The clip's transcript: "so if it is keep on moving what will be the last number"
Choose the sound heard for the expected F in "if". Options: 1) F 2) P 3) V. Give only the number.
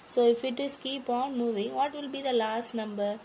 1